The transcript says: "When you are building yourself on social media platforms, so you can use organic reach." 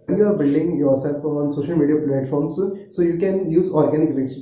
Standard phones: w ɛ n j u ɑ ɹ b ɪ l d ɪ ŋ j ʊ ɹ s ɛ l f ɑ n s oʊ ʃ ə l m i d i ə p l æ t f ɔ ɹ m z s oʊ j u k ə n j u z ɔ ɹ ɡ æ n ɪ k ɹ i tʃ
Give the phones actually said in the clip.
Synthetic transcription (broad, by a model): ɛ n j u ɑ ɹ b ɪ l d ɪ ŋ j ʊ ɹ s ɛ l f ɑ n s oʊ ʃ ə l m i d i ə p l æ t f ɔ ɹ m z s oʊ j u k ə n j u z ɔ ɹ ɡ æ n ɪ k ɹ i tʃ